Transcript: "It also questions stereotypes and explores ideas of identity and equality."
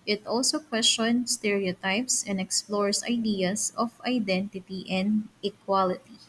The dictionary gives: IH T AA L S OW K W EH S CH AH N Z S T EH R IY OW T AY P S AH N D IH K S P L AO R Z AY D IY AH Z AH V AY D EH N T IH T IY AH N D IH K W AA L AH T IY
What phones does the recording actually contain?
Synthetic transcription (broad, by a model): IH T AA L S OW K W EH S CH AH N S T EH R IY OW T AY P S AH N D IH K S P L AO R S AY D IY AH S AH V AY D EH N T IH T IY AH N D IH K W AA L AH T IY